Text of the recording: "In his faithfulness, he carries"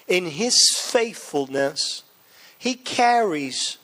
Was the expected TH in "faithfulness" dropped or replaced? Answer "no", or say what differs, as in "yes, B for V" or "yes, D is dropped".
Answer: no